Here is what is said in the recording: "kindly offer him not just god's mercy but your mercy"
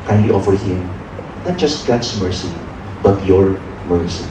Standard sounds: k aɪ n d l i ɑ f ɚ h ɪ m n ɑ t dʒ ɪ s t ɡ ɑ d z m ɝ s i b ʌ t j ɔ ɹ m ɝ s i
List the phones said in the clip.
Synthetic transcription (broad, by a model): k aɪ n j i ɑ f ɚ h ɪ m n ɑ t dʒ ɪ s t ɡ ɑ d s m ɝ s i b ʌ t j ɔ ɹ m ɝ s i